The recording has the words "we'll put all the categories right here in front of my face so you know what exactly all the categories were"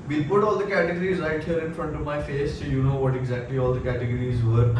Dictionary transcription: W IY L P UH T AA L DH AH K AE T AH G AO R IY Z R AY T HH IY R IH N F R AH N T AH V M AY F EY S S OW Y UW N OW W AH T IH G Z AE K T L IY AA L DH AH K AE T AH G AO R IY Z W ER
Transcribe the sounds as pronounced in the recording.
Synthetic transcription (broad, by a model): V IY P UH T AA L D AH K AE T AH G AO R IY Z R AY T HH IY R IH N F R AH N T AH V M AY F EY S S OW Y UW N OW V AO T IH G Z AE K T L IY AA L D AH K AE T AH G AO R IY Z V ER